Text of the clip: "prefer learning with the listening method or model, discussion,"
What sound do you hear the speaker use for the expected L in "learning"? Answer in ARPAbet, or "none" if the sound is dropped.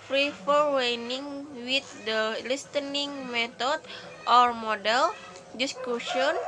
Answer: W